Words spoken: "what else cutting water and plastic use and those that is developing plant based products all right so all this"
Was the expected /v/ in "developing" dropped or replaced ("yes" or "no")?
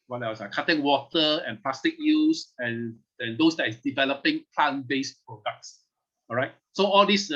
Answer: no